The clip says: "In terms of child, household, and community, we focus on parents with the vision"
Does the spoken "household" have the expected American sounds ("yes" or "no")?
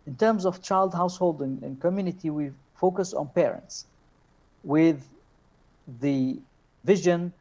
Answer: yes